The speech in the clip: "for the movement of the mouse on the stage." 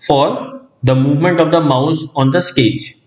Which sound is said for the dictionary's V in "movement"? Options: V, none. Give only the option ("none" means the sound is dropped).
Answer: V